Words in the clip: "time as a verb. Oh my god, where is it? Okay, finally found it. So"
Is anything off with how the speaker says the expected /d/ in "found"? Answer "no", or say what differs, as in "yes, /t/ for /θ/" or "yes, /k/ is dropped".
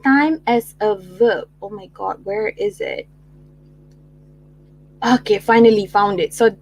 no